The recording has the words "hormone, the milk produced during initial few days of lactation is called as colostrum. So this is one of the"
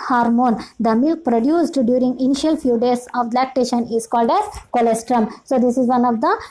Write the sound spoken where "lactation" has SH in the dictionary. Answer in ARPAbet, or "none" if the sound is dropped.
SH